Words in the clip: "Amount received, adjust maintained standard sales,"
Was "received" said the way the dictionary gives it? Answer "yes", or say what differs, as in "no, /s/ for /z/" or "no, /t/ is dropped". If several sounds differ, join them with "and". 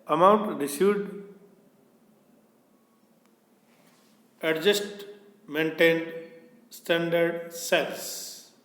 no, /v/ is dropped